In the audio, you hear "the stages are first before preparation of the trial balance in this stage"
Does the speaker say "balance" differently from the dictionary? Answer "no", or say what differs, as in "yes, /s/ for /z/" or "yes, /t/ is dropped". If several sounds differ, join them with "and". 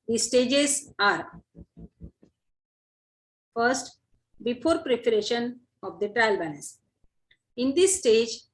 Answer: yes, /n/ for /l/ and /n/ is dropped